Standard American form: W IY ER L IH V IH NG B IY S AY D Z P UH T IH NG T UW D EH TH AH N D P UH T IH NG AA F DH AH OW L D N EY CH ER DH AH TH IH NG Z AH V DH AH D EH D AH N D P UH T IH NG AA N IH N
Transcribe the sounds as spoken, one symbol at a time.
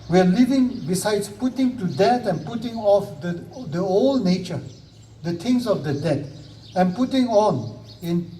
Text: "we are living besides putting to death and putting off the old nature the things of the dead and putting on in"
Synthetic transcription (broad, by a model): W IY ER L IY V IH NG B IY S AY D S P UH T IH NG T UW D EH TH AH N P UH T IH NG AA F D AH OW L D N EY CH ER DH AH T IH NG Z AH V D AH D EH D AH N P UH T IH NG AA N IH N